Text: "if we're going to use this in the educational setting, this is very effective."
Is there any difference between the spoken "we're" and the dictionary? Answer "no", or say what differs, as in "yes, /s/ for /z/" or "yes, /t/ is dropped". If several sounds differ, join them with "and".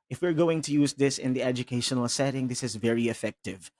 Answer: no